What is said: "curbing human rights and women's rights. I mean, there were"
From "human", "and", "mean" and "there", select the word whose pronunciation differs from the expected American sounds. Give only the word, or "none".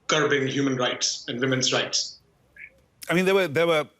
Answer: there